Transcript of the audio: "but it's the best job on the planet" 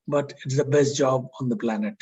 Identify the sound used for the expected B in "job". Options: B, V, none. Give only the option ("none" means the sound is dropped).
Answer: B